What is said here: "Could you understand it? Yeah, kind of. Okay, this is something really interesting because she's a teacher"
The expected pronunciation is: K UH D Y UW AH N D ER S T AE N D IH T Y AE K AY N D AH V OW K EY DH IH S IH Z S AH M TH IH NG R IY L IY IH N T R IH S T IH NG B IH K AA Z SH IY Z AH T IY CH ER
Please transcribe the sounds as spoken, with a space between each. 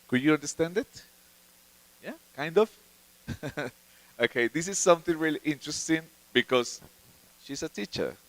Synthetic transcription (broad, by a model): K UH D Y UW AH N D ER S T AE N D IH T Y AE K AY N D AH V OW K EY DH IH S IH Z S AH M TH IH NG R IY L IY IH N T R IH S T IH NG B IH K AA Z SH IY S AH T IY CH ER